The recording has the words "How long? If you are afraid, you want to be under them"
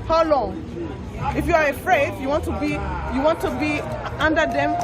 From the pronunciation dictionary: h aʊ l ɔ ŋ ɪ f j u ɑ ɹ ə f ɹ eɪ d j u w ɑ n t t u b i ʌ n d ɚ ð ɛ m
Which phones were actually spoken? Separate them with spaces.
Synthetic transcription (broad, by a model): h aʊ l ɔ ŋ ɪ f j u ɑ ɹ ə f ɹ eɪ d j u w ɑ n t t u b i ʌ n d ɚ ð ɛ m